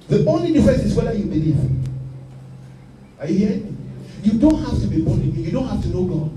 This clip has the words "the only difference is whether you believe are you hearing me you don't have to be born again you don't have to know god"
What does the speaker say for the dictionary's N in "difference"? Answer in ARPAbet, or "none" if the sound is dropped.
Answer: none